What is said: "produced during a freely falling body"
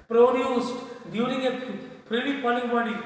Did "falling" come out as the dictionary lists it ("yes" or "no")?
no